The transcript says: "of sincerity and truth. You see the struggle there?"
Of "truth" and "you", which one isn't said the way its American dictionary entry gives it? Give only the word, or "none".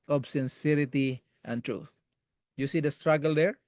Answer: none